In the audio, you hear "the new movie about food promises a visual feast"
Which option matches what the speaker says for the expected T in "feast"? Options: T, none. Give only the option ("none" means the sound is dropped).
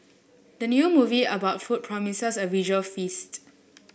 T